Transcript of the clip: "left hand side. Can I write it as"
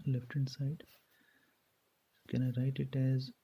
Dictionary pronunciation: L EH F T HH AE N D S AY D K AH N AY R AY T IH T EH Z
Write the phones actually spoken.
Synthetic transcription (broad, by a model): L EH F T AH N S AY D K AH N AY R AY T IH T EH Z